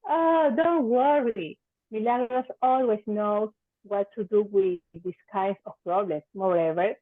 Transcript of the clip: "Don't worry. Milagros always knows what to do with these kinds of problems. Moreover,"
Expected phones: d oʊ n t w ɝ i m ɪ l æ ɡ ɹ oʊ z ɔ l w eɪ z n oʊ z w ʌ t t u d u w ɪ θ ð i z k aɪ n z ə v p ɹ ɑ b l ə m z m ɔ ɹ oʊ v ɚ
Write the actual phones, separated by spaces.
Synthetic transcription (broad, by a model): d oʊ n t w ɝ i m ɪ l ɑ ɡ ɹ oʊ s ɔ l w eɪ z n oʊ w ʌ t t u d u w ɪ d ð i s k aɪ n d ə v p ɹ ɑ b l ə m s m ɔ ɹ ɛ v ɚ